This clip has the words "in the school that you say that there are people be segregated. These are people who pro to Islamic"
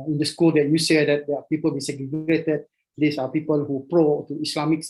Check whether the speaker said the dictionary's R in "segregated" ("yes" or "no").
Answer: no